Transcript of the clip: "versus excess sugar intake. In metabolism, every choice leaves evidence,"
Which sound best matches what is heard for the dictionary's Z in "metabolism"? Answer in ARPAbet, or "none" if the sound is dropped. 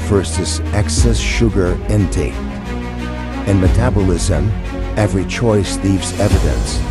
Z